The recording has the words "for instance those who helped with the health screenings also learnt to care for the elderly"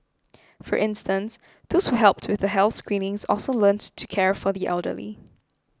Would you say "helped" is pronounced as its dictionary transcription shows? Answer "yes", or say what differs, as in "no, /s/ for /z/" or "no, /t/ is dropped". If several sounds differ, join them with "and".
yes